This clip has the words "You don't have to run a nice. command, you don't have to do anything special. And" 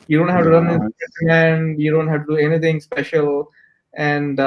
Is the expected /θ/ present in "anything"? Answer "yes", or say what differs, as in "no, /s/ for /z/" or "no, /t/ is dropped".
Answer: no, /t/ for /θ/